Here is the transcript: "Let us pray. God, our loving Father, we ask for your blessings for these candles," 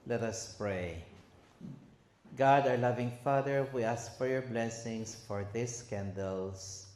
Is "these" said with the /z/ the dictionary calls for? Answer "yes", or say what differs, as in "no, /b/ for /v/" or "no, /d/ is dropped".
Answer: no, /s/ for /z/